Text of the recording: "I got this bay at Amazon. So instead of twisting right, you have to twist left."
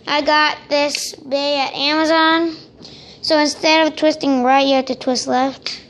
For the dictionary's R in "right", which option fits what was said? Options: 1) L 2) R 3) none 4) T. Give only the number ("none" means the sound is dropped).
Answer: 2